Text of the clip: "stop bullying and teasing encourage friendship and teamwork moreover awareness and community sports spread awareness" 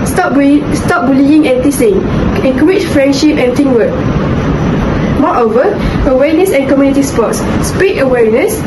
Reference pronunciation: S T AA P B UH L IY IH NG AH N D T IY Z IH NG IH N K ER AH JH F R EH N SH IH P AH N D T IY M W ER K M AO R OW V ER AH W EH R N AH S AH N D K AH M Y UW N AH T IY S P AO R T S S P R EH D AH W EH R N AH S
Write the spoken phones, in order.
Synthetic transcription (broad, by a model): S T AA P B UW L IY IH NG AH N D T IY S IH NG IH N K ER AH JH F R EH N SH IH P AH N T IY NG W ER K M AO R OW V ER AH W EH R N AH S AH N K AH M Y UW N AH T IY S P AO T S S P IY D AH W EH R N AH S